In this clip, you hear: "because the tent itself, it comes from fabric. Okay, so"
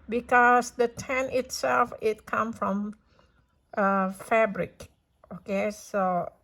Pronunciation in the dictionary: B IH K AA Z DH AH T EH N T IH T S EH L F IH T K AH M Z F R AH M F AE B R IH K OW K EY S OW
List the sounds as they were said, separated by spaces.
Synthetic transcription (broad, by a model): B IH K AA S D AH T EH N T IH T S EH L F IH T K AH M F R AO M F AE B R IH K OW K EY S OW